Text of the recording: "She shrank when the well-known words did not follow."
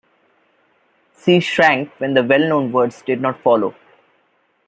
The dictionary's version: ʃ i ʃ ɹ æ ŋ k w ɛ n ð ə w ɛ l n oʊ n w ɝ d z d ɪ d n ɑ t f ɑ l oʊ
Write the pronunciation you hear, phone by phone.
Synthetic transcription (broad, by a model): s i ʃ ɹ æ ŋ k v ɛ n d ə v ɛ l n oʊ n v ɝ d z d ɪ d n ɑ t f ɑ l oʊ